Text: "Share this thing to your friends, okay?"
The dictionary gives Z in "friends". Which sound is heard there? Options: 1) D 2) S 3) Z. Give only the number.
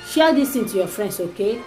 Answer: 2